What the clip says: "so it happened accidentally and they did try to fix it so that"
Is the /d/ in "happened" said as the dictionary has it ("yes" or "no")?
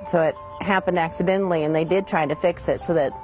yes